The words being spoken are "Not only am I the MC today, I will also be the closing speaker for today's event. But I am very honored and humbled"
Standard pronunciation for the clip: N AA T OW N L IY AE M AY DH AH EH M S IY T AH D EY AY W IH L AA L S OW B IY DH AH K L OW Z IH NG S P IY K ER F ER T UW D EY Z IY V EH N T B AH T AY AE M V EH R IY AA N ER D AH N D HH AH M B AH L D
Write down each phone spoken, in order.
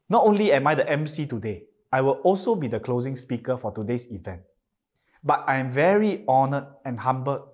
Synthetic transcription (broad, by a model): N AA T OW N L IY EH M AY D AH EH M S IY T AH D EY AY W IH L AA L S OW B IY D AH K L OW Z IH NG S P IY K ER F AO T UW D EY S IY V EH N T B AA T AY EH M V EH R IY AA N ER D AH N HH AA M B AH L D